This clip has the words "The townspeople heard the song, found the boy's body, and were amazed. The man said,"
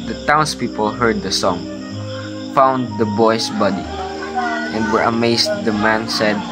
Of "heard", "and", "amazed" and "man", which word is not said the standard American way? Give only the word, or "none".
amazed